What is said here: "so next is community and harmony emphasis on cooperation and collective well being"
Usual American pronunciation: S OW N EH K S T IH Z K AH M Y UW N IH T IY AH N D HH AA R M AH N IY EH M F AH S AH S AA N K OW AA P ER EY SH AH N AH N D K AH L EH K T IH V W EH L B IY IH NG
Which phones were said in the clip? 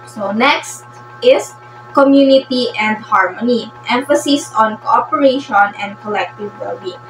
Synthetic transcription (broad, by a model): S OW N EH K S T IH S K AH M Y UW N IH T IY AH N D HH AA R M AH N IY EH M F AH S AH S AA N K OW AA P ER EY SH AH N AH N D K AH L EH K T IH V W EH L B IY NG